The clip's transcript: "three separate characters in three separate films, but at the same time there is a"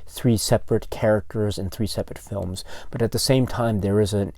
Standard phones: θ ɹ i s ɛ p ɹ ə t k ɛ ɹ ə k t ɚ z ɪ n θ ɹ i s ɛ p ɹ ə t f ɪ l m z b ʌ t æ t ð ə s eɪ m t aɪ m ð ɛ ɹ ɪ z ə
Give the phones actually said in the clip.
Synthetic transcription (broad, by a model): θ ɹ i s ɛ p ɹ ə t k ɛ ɹ ə k t ɚ z ɪ n θ ɹ i s ɛ p ɹ ə t f ɪ l m z b ʌ t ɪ t ð ə s eɪ m t aɪ m ð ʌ ɹ ɪ z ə